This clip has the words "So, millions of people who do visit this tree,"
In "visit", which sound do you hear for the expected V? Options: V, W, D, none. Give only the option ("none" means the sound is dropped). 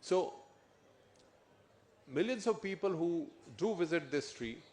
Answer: V